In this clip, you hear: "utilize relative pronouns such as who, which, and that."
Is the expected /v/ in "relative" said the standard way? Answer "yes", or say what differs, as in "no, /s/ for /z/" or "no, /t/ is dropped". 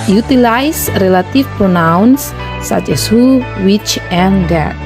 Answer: no, /f/ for /v/